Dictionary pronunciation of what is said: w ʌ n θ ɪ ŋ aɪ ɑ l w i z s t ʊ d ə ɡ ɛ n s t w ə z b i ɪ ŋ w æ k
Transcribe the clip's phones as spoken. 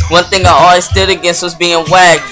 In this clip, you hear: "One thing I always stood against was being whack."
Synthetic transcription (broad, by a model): w ʌ n θ ɪ ŋ aɪ ɑ l w i z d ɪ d ə ɡ ɛ n s t w ə z b i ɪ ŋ w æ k